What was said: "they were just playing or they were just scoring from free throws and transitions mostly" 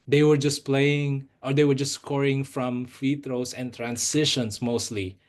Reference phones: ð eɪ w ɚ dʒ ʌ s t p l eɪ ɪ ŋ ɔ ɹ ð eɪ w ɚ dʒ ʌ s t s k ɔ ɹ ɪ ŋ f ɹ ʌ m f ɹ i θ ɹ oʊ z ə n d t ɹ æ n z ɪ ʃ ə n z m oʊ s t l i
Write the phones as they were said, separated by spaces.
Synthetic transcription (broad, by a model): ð eɪ w ɚ dʒ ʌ s p l eɪ ɪ ŋ ɔ ɹ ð eɪ w ɚ dʒ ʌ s s k ɔ ɹ ɪ ŋ f ɹ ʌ m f i t ɹ oʊ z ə n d t ɹ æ n s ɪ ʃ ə n s m oʊ s t l i